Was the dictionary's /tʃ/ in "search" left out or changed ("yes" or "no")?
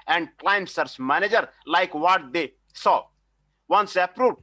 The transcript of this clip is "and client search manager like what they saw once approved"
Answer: yes